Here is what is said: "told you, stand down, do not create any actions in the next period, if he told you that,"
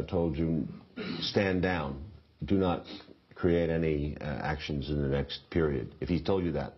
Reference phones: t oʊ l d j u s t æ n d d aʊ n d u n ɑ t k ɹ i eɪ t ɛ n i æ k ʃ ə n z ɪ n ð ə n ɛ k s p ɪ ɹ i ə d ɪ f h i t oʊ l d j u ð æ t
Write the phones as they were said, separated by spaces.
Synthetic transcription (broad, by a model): t oʊ l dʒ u s t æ n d d aʊ n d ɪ n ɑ t k ɹ i eɪ t ɛ n i æ k ʃ ə n z ɪ n ð ə n ɛ k s p ɪ ɹ i ə d ɪ f h i t oʊ l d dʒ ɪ ð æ t